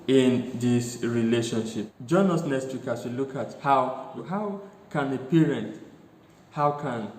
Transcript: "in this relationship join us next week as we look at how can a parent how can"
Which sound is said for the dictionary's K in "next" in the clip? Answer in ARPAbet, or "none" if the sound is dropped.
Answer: none